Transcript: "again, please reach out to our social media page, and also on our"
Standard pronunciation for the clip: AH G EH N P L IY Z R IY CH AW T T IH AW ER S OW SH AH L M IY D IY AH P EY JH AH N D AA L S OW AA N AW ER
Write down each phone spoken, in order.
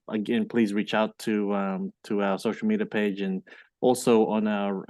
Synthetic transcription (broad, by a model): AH G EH N P L IY Z R IY CH AW T T IH AW ER S OW SH L M IY D IY AH P EY JH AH N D AA L S OW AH N AW ER